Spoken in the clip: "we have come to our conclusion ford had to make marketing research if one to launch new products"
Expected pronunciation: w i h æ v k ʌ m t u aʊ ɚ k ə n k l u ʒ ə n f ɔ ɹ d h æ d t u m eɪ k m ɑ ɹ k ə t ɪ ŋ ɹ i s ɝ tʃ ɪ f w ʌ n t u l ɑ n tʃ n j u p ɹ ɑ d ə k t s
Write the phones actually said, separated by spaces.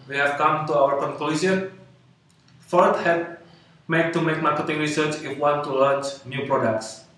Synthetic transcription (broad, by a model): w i h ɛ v k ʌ m t u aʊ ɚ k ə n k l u s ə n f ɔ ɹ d h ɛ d t u m eɪ k m ɑ ɹ k ə t ɪ ŋ ɹ i s ɝ tʃ ɪ f w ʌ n t u l ɑ n tʃ n j u p ɹ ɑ d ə k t s